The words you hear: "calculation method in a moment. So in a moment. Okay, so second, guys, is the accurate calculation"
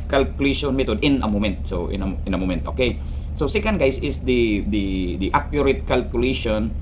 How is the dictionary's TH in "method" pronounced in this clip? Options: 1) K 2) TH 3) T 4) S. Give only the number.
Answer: 3